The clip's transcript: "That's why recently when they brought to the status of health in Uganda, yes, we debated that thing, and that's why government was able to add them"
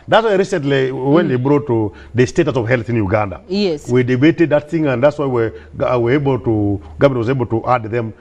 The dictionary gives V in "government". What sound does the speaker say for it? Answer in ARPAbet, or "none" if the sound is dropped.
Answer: W